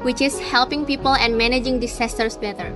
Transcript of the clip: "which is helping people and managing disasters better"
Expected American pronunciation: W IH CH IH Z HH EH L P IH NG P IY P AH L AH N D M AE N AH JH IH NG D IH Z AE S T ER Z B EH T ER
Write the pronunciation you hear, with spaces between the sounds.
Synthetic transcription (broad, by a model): W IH CH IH S HH EH L P IH NG P IY P AH L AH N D M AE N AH JH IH NG D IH S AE S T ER S B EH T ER